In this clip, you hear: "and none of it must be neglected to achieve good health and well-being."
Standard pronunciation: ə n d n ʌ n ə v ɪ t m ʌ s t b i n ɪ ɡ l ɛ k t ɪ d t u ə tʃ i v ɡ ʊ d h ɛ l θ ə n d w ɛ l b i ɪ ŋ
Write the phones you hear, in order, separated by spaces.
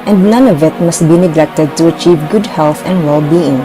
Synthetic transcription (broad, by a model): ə n d n ʌ n ə v ɪ t m ʌ s t b i n ɪ ɡ l ɛ k t ɪ d t u ə tʃ i v ɡ ʊ d h ɛ l θ ə n d w ɛ l b i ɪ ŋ